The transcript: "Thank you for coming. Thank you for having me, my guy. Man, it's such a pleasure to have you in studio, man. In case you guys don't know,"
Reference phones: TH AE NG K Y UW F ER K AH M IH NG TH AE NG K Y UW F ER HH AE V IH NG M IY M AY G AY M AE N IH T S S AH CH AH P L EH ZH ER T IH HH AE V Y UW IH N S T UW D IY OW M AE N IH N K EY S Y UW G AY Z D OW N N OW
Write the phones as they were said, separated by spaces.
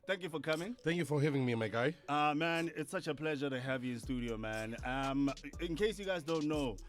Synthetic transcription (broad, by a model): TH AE NG K Y UW F ER K AH M IH NG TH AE NG K Y UW F ER HH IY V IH NG M IY M AY G AY M AE N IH T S S AH CH AH P L EH ZH ER T IH HH AE V Y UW IH N S T UW D IY OW M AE N IH N K EY S Y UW G AY Z D OW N N OW